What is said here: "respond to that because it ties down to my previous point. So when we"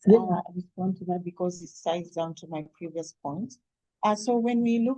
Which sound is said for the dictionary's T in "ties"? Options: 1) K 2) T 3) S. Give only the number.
3